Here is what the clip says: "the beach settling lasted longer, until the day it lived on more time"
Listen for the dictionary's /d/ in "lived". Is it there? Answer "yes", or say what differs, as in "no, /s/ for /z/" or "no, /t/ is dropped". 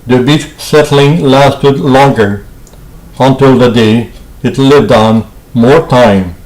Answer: yes